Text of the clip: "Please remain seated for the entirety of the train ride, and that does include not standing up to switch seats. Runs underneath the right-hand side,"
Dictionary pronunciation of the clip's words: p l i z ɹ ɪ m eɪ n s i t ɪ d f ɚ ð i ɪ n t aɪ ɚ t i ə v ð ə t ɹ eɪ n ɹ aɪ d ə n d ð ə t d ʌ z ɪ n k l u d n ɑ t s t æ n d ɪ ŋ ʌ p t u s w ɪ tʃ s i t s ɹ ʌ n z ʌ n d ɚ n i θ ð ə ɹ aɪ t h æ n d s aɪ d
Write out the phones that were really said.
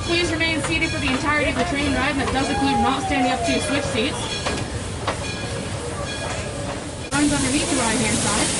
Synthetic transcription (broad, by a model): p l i z ɹ ɪ m eɪ n s i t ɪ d f ɚ ð i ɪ n t aɪ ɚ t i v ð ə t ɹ eɪ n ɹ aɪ ə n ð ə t d ʌ z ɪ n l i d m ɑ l s t æ n d ɪ ŋ ʌ p t u s w ɪ tʃ s i t s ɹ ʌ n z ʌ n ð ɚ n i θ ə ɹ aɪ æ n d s aɪ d